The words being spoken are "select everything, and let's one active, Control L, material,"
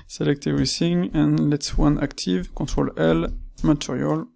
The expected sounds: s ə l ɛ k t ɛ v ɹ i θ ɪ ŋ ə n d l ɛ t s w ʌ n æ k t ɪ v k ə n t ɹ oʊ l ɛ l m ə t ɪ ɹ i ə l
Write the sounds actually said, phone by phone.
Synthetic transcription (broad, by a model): s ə l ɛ k t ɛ ɹ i s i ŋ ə n l ɛ t s w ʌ n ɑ k t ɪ v k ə t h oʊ l ɛ l m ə t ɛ ɹ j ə l